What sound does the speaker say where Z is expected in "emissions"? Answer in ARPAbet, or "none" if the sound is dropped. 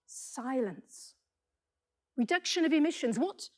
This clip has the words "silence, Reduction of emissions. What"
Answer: Z